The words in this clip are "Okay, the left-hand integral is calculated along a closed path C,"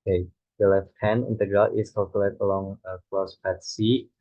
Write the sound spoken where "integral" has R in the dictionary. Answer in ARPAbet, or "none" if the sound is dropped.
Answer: R